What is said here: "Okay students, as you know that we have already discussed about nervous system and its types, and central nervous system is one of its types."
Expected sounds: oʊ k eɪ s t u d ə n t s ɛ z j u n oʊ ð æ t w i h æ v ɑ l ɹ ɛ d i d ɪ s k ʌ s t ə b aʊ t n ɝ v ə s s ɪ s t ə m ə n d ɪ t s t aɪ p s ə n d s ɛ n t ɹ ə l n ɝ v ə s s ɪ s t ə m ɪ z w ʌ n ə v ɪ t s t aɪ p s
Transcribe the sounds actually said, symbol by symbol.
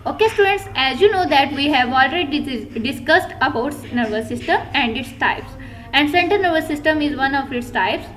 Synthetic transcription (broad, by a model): oʊ k eɪ s t u d ə n t s ɛ z j u n oʊ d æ t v i h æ v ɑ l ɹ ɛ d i d ɪ s k ʌ s t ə b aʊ t n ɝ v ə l s ɪ s t ə m ə n d ɪ t s t aɪ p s ə n d s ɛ n t ə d n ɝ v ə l s ɪ s t ə m ɪ z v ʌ n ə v ɪ t s t aɪ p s